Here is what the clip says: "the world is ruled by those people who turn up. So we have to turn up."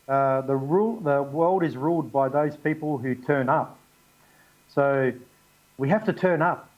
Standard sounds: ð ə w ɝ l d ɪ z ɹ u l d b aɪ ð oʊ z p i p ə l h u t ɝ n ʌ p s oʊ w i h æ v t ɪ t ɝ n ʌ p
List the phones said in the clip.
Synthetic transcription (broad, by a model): ð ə w ɝ l d ɪ z ɹ u l d b aɪ ð oʊ z p i p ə l h u t ɝ n ʌ p s oʊ w i h æ f t ɪ t ɝ n ʌ p